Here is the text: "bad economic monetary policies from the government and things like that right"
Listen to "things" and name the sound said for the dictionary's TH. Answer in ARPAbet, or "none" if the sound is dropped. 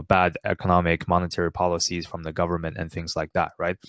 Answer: TH